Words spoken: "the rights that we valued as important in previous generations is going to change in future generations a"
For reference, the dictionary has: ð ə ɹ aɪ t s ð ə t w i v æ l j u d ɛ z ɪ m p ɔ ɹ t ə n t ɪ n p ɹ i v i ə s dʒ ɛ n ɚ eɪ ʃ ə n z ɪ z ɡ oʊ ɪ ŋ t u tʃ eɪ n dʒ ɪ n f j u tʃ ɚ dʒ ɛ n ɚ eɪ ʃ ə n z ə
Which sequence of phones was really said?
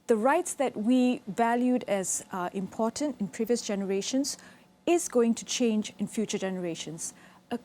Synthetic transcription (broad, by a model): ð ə ɹ aɪ t s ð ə t w i v æ l j u d ɛ z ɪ m p ɔ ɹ t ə n t ɪ n p ɹ i v i ə s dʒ ɛ n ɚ eɪ ʃ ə n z ɪ z ɡ oʊ ɪ ŋ t u tʃ eɪ n dʒ ɪ n f j u tʃ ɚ dʒ ɛ n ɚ eɪ ʃ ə n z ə